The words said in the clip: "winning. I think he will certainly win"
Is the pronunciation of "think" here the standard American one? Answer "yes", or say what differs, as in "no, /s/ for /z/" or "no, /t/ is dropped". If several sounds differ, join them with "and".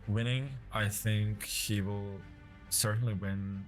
yes